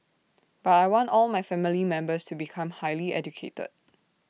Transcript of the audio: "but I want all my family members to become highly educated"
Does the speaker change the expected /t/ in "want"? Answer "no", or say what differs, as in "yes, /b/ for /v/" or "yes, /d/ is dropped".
no